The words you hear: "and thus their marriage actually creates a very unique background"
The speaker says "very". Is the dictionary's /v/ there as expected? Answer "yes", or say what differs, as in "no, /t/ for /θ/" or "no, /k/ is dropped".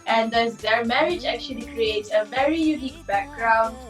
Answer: yes